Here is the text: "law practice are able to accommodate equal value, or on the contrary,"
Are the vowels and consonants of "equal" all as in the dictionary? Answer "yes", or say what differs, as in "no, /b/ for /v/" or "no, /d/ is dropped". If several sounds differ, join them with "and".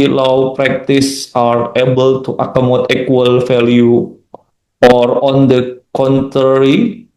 no, /k/ is dropped